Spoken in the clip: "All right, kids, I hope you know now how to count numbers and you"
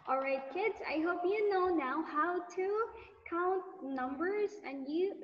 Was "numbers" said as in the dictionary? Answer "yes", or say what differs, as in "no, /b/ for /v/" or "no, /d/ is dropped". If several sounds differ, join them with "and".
yes